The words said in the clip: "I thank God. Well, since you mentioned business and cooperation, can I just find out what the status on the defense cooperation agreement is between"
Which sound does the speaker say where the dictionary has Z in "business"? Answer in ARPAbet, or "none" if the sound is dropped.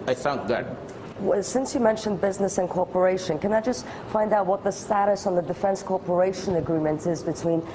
Z